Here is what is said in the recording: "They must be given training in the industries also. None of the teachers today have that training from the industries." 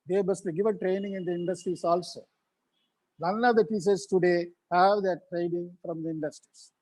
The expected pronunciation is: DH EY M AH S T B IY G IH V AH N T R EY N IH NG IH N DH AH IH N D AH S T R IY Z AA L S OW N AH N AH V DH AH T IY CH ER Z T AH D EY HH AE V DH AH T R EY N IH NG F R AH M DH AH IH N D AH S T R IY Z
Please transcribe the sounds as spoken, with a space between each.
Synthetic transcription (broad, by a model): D EY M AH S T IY G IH V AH T R EY N IH NG IH N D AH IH N D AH S T R IY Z AA L S OW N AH N AH V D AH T IY S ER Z T AH D EY HH AE V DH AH T R EY N IH NG F R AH M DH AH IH N D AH S T R IY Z